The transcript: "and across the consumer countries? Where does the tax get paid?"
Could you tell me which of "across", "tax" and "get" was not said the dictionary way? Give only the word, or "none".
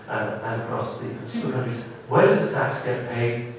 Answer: none